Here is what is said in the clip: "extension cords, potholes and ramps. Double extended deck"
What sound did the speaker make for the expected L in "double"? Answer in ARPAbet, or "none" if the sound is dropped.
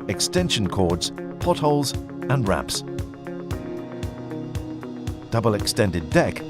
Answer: L